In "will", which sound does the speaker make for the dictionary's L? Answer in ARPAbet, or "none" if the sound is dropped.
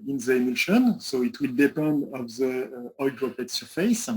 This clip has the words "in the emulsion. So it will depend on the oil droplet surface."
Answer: L